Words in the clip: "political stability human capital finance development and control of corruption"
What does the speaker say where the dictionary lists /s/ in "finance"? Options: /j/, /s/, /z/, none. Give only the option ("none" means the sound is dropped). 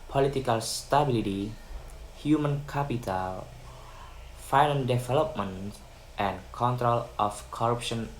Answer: none